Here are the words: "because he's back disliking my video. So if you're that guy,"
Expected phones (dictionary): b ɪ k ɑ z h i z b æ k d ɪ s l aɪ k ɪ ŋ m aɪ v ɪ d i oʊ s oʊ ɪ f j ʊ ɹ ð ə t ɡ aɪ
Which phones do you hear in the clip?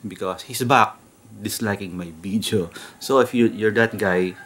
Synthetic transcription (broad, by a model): b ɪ k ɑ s h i s b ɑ k d ɪ s l aɪ k ɪ ŋ m aɪ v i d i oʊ s oʊ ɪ f j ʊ ɹ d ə t ɡ aɪ